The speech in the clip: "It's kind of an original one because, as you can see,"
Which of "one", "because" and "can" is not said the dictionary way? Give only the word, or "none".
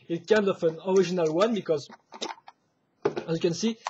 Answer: none